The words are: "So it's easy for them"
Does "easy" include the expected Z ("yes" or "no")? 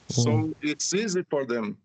yes